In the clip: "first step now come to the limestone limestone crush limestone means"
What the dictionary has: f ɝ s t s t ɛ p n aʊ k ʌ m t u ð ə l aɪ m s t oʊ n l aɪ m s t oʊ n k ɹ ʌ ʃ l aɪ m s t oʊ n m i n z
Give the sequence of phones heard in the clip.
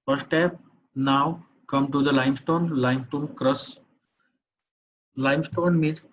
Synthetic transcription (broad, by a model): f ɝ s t s t ɛ p n aʊ k ʌ m t u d ə l aɪ m s t oʊ n l aɪ m s t oʊ n k ɹ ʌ s l aɪ m s t oʊ n m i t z